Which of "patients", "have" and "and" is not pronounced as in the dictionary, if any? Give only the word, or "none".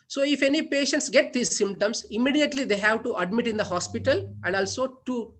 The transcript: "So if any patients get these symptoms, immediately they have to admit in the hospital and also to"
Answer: none